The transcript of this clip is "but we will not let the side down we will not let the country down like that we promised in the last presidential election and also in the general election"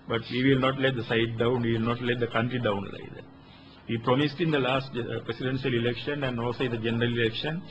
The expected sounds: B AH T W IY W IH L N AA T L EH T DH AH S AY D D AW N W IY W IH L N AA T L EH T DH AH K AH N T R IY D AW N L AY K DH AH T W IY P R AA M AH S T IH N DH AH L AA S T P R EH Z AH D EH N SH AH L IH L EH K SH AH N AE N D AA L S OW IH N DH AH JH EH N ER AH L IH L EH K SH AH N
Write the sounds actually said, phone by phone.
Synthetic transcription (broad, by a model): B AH T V IY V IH L N AA T L EH T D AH S AY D D AW N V IY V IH L N AA T L EH T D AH K AH N T R IY D AW N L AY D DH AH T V IY P R AA M AH S T IH N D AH L AA S T P R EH S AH D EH N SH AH L IH L EH K SH AH N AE N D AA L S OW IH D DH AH JH EH N ER AH L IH L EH K SH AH N